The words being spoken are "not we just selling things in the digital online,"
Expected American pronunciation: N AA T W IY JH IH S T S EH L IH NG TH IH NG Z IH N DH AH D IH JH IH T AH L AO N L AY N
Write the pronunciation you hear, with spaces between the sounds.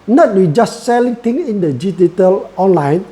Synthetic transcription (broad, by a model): N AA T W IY JH IH S T S EH L IH NG T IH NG IH N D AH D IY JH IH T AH L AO N L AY N